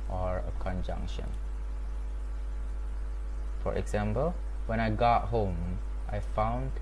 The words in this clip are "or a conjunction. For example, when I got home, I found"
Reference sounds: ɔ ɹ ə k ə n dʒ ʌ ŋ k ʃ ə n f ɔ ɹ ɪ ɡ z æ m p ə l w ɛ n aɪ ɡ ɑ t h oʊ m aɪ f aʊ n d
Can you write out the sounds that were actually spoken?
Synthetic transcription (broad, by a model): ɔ ɹ ə k ə n dʒ ʌ ŋ k ʃ ə n f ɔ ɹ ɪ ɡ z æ m p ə l w ɛ n aɪ ɡ ɑ t h oʊ m aɪ f aʊ n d